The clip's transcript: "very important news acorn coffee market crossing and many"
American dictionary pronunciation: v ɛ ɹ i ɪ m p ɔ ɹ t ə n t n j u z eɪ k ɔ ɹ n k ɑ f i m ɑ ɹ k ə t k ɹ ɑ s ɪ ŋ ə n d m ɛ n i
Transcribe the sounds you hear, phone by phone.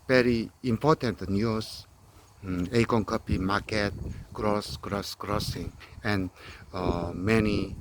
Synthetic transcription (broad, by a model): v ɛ ɹ i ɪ m p ɔ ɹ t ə n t n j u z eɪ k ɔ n k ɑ p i m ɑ ɹ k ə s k ɹ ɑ s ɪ ŋ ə n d m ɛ n i